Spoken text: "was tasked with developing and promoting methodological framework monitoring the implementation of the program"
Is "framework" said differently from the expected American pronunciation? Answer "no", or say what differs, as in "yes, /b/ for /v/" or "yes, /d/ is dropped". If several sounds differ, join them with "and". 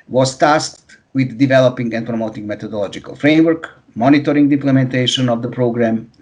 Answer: no